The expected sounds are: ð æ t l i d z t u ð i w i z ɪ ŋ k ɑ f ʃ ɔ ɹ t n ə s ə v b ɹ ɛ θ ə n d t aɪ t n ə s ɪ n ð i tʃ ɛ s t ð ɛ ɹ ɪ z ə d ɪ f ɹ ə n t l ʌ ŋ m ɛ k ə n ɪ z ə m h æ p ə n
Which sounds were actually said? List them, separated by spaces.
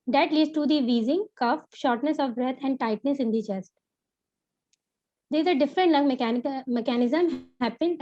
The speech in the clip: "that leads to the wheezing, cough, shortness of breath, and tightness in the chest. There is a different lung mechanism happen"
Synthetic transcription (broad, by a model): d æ t l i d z t u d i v i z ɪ ŋ k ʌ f ʃ ɔ ɹ t n ə s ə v b ɹ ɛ t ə n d t aɪ t n ə s ɪ n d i tʃ ɛ s t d ɪ z ə d ɪ f ɹ ə n t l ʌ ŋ m ɛ k ə n ɪ z ə m h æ p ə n